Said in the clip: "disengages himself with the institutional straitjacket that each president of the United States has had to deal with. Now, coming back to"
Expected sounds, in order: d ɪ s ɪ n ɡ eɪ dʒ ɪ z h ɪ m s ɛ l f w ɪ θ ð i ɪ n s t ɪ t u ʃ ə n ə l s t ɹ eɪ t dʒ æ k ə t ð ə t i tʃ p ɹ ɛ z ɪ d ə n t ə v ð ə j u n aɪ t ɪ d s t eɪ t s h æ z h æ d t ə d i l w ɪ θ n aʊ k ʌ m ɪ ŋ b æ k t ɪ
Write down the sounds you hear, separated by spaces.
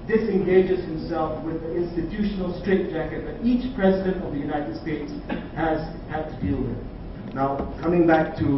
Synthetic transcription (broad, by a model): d ɪ s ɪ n ɡ eɪ dʒ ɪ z h ɪ m s ɛ l f w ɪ ð i ɪ n s t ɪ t u ʃ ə n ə l s t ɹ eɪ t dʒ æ k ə t ð ə t i tʃ p ɹ ɛ z ɪ d ə n t ə v ð ə j u n aɪ t ɪ d s t eɪ t s h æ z h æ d t ə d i l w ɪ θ n aʊ k ʌ m ɪ ŋ b æ k t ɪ